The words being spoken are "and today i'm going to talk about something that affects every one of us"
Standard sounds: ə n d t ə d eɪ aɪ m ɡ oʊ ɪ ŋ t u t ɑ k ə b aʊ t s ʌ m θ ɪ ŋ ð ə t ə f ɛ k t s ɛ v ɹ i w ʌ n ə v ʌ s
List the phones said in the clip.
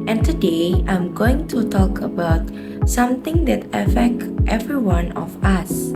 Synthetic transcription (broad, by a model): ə n t ə d eɪ aɪ m ɡ oʊ ɪ ŋ t u t ɑ k ə b aʊ t s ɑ m t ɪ ŋ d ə t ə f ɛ k t ɛ v ɹ i w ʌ n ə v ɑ s